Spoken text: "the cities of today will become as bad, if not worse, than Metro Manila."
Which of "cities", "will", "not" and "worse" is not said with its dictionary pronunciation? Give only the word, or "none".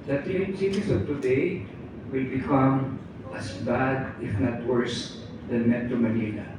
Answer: cities